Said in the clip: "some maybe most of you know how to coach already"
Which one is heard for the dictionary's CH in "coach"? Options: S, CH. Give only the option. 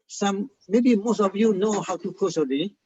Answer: S